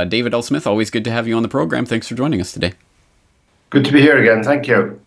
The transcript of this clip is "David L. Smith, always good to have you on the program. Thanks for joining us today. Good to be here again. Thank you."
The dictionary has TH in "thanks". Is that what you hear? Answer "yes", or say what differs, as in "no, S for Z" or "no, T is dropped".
yes